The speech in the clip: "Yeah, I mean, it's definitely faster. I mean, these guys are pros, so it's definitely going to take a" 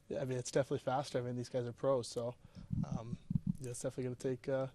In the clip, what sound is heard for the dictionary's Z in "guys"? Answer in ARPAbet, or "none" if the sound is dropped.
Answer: Z